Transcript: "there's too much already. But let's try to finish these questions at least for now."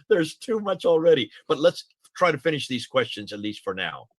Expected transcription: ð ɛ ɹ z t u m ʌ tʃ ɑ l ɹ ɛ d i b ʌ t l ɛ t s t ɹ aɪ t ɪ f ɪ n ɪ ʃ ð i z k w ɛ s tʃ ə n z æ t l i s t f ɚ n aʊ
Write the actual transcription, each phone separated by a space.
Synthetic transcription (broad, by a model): ð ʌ ɹ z t u m ʌ tʃ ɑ l ɹ ɛ d i b ʌ t l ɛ t s t ɹ aɪ t ɪ f ɪ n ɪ ʃ ð i z k w ɛ s tʃ ə n z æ t l i s t f ɚ n aʊ